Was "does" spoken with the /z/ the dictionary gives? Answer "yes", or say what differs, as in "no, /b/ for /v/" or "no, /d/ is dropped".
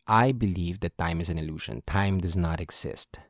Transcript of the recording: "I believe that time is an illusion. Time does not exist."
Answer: yes